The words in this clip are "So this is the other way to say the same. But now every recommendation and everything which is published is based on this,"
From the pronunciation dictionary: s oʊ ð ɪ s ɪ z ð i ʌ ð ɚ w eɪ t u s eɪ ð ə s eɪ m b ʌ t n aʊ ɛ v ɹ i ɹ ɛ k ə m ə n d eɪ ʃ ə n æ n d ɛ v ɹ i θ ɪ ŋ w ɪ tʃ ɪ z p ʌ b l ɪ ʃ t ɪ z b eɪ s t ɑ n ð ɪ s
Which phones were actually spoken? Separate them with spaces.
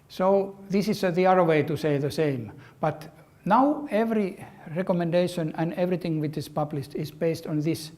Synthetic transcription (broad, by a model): s oʊ ð ɪ s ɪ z ð i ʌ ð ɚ w eɪ t u s eɪ ð ə s eɪ m b ʌ t n aʊ ɛ v ɹ i ɹ ɛ k ə m ə n d eɪ ʃ ə n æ n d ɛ v ɹ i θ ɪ ŋ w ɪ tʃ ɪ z p ʌ b l ɪ ʃ t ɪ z b eɪ s t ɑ n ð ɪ s